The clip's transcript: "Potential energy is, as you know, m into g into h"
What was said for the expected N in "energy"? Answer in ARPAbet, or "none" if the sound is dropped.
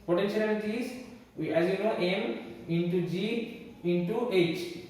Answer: L